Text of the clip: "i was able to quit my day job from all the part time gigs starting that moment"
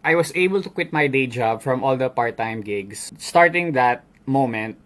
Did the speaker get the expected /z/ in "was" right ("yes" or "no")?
no